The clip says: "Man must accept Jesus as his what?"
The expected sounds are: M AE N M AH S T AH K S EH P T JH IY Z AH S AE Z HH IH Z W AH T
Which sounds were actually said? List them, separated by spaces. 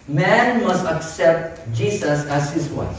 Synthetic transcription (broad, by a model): M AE N M AH S T AH K S EH P T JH IY S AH S AE Z HH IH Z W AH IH